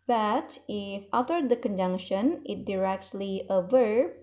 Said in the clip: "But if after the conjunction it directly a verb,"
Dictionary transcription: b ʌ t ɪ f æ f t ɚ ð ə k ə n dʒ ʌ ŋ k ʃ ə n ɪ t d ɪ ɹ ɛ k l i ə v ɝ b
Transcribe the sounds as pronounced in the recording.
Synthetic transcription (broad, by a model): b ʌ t ɪ f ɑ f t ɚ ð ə k ə n dʒ ʌ ŋ k ʃ ə n ɪ t d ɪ ɹ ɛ k l i ə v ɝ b